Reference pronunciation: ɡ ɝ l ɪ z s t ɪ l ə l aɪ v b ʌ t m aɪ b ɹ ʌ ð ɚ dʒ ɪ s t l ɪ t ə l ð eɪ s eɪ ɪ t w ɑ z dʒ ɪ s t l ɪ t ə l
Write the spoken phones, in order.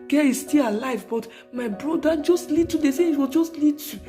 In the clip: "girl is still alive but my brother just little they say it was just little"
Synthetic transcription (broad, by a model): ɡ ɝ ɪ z s t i l ə l aɪ v b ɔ t m aɪ b ɹ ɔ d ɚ dʒ ɪ s t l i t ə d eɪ s eɪ ɪ t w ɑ dʒ ɪ s t l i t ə